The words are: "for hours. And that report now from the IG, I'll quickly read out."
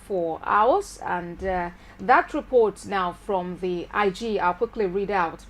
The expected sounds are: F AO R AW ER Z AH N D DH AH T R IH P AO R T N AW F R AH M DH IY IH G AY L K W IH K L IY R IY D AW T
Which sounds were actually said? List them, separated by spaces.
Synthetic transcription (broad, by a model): F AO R AW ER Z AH N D DH AH T R IH P AO R T N AW F R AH M DH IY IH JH AY L K W IH K L IY R IY D AW T